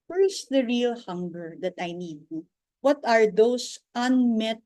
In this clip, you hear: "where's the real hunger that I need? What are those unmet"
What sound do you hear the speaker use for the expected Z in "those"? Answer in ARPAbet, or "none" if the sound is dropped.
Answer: S